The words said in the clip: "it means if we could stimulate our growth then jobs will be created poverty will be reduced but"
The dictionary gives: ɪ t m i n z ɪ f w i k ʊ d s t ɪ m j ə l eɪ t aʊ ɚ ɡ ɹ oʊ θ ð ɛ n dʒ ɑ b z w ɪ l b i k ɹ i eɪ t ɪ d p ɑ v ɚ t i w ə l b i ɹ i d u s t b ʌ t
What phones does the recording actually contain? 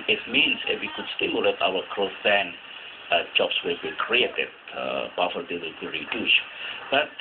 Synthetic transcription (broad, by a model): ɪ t m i n s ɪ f w i k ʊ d s t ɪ m j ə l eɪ t aʊ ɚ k ɹ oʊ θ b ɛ n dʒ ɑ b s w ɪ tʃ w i k ɹ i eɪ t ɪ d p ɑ f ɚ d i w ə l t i ɹ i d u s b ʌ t